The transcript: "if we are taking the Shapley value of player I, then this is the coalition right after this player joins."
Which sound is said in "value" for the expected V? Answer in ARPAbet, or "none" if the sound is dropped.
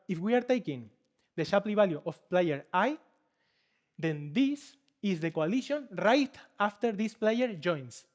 B